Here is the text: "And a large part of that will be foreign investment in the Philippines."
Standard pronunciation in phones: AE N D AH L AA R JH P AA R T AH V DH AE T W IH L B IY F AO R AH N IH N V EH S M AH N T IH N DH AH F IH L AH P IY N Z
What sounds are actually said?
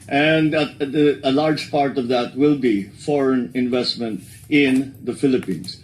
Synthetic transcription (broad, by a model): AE N D AH L AA R JH P AA R T AH V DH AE T W IH L B IY F AO R AH N IH N V EH S M AH N T IH N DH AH F IH L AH P IY N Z